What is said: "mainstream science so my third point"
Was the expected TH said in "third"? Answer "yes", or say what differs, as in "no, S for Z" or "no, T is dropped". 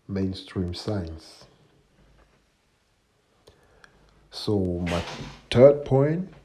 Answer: no, T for TH